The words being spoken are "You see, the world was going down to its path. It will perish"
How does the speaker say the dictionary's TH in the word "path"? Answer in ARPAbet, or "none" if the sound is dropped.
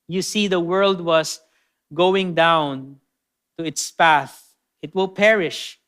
TH